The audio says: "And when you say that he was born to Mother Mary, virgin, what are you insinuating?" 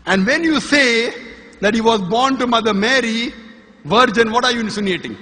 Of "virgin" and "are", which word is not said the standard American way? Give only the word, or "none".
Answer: none